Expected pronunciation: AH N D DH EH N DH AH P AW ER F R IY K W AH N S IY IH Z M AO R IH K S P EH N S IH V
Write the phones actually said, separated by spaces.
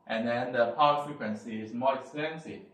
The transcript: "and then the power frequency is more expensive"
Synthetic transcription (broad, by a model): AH N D EH N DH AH P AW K F R IY K W AH N S IY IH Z M AO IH K S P EH N S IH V